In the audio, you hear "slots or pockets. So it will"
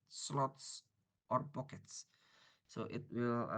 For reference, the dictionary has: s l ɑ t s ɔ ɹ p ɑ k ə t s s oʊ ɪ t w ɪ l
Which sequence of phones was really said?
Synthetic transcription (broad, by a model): s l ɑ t s ɔ ɹ b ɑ k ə t s s oʊ ɪ t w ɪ l